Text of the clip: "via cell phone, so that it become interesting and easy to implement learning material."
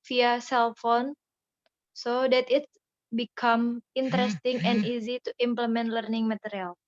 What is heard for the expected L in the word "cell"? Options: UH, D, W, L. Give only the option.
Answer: L